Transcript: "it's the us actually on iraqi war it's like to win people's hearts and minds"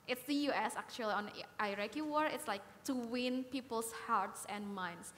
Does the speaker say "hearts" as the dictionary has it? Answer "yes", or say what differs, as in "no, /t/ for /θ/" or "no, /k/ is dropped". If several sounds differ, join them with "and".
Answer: yes